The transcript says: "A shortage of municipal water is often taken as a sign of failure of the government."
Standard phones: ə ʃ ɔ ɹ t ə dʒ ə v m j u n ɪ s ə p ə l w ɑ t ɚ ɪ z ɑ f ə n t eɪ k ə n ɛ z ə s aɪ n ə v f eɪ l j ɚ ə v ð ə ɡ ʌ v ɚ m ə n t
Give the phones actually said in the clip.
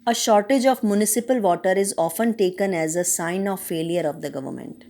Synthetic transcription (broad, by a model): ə ʃ ɔ ɹ t ə dʒ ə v m j u n ɪ s ə p ə l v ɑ t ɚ ɪ z ɑ f ə n t eɪ k ə n ɛ z ə s aɪ n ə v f eɪ l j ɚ ə v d ə ɡ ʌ v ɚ m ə n t